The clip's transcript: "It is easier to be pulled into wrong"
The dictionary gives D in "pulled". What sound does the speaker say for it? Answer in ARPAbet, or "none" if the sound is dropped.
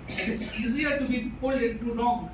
none